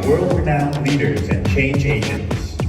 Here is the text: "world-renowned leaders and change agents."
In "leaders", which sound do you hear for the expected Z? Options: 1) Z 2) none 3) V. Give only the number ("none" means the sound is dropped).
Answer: 1